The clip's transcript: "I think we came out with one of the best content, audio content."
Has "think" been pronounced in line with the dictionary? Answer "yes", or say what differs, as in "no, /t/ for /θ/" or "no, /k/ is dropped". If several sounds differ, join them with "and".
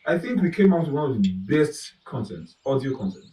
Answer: yes